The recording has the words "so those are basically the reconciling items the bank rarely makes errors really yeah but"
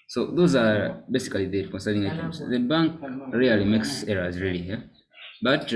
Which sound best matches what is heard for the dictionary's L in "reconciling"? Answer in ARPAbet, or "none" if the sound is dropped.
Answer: N